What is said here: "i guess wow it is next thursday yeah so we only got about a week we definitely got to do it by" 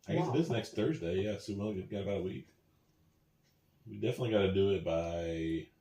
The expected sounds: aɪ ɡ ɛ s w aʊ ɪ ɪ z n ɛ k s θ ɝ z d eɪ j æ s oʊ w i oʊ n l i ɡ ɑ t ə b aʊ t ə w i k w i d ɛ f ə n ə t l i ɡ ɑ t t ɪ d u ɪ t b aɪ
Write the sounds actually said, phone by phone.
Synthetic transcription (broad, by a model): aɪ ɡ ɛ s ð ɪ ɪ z n ɛ k s θ ɝ z d eɪ j æ s oʊ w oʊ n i ɡ ɑ t ə b aʊ t ə w i k w i d ɛ f ə n ə t l i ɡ ɑ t t ɪ d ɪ ɪ t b aɪ